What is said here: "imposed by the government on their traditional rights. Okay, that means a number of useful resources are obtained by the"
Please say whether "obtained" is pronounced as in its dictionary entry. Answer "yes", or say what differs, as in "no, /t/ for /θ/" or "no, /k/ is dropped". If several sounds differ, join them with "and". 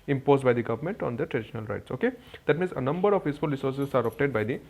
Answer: no, /n/ is dropped